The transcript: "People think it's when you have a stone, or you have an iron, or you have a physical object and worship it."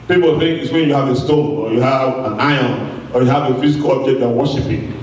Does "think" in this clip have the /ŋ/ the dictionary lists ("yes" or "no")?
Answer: yes